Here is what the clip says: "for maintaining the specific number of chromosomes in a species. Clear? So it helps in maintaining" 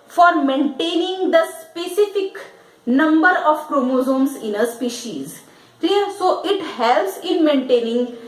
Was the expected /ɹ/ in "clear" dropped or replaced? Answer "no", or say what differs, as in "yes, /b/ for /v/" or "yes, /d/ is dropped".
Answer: yes, /l/ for /ɹ/